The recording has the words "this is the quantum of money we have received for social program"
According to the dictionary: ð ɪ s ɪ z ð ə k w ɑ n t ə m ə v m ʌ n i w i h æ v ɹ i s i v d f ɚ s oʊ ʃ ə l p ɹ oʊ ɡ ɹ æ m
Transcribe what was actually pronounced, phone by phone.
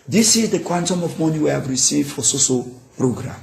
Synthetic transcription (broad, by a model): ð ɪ s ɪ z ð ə k w ɑ n t ə m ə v m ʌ n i w i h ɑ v ɹ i s i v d f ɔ s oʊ s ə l p ɹ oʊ ɡ ɹ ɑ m